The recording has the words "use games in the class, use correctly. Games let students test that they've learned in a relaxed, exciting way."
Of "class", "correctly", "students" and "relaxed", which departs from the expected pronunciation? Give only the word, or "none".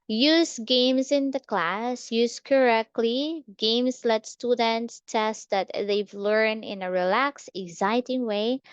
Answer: relaxed